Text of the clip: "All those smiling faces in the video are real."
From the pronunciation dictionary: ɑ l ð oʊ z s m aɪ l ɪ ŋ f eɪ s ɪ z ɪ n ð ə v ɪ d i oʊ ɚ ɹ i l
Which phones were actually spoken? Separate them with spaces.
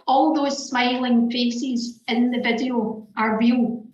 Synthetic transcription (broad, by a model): ɑ l ð oʊ z s m aɪ l ɪ ŋ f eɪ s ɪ z ɪ n ð ə v ɪ d i oʊ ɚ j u